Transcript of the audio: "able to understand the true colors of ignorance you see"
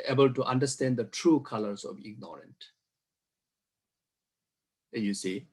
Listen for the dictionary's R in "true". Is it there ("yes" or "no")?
yes